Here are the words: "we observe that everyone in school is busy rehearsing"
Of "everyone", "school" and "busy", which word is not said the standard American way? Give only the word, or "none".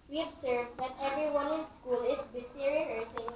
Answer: busy